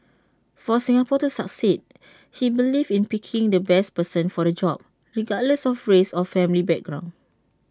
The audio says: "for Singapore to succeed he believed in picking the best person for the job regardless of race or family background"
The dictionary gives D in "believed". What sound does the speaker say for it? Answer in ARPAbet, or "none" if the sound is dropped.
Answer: none